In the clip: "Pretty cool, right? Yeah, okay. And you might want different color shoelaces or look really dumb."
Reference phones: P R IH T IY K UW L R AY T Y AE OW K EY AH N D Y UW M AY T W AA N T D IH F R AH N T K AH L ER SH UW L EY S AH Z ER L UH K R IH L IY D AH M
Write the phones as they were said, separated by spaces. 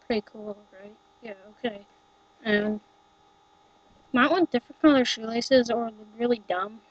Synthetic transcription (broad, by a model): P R IH T IY K UW L R AY T Y AE OW K EY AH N M AY T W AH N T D IH F R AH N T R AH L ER SH UW L EY S AH Z ER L R IH L IY D AH M